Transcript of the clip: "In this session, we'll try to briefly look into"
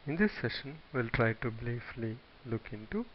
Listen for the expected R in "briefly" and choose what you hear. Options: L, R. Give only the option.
L